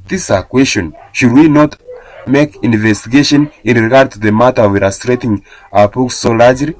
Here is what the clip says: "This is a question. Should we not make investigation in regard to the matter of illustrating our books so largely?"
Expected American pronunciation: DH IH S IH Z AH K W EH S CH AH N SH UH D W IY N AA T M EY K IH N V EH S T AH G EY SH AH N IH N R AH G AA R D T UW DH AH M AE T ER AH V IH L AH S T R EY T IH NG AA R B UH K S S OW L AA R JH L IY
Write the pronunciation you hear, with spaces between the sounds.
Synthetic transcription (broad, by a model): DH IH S AH K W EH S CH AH N SH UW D W IY N AA T M EY K IH N V EH S T AH G EY SH AH N IH N R AH G AA R D T UW DH AH M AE T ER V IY AH S T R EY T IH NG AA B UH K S S OW L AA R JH L IY